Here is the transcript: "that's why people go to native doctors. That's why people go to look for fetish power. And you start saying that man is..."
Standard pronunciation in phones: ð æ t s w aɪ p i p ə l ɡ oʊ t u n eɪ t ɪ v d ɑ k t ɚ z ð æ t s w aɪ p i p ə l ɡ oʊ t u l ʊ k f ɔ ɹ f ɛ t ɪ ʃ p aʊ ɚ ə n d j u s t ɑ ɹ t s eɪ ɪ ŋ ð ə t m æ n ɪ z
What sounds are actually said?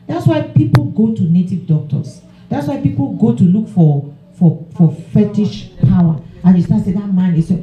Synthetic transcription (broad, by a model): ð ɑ t s w aɪ p i p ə l ɡ oʊ t u n eɪ t ɪ v d ɑ k t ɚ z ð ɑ t s w aɪ p i p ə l ɡ oʊ t u l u k f ɔ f f ɛ t ɪ ʃ p aʊ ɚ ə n j u s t ɑ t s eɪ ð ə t m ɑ n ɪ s